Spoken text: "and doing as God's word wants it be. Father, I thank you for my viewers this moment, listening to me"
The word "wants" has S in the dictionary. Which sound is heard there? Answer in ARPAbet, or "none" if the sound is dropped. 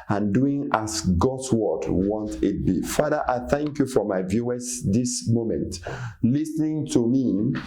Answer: none